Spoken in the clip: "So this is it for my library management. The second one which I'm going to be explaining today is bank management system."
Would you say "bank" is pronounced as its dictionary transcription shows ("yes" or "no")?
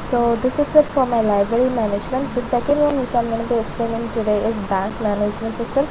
yes